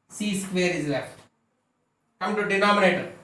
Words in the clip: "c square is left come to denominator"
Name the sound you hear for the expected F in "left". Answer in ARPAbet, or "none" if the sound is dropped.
none